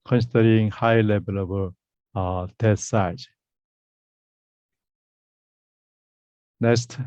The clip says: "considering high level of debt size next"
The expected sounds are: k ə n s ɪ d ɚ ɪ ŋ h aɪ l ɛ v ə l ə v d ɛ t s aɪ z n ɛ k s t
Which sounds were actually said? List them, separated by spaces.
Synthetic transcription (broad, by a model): k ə n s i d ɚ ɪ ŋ h aɪ l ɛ b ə l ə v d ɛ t s aɪ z n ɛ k s t